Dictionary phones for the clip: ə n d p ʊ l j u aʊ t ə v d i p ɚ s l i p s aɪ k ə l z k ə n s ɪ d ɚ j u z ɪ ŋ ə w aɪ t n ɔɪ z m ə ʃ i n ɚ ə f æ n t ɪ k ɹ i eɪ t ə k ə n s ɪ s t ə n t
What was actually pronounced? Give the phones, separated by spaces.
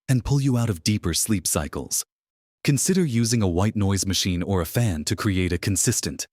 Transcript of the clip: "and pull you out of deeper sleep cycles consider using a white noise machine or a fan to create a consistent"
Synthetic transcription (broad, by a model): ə n p ʊ l j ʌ aʊ t ə v d i p ɚ s l i p s aɪ k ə l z k ə n s ɪ d ɚ j u z ɪ ŋ ə w aɪ t n ɔɪ z m ə ʃ i n ɚ ə f æ n t ɪ k ɹ i eɪ t ə k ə n s ɪ s t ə n t